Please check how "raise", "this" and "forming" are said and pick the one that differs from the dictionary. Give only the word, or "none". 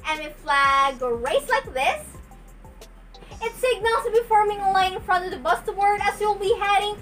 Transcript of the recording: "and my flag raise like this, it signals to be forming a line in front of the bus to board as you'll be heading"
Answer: raise